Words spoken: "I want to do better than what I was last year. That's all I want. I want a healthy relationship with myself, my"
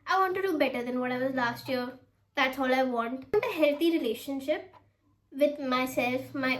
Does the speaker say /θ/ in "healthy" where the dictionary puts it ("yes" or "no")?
no